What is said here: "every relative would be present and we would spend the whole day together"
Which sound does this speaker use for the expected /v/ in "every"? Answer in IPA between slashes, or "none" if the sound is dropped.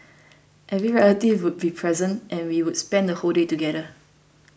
/v/